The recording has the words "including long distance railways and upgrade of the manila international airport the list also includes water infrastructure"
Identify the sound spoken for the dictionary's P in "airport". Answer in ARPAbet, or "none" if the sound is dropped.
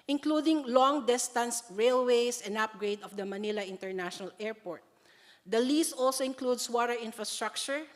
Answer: P